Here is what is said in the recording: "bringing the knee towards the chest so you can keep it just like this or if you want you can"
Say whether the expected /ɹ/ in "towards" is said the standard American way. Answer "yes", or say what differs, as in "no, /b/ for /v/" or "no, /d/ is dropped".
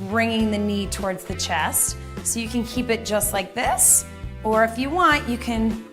yes